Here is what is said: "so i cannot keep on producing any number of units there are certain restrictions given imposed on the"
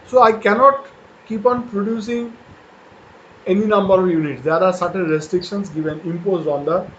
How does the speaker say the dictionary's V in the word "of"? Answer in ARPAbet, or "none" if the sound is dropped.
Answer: V